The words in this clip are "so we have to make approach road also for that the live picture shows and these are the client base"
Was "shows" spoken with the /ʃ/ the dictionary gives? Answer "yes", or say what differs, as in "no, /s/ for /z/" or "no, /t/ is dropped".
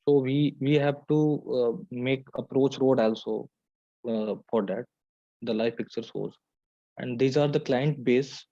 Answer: no, /s/ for /ʃ/